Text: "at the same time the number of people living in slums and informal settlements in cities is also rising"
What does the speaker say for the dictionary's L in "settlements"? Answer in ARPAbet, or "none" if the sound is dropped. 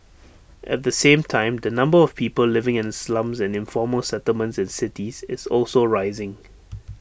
L